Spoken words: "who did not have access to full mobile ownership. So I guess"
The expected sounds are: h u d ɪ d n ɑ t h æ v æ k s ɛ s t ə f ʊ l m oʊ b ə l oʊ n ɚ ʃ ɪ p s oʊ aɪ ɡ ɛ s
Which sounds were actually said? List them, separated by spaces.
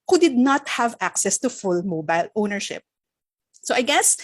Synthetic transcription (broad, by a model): h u d ɪ d n ɑ t h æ v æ k s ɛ s t ə f ʊ l m oʊ b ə l oʊ n ɚ ʃ ɪ p s oʊ aɪ ɡ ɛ s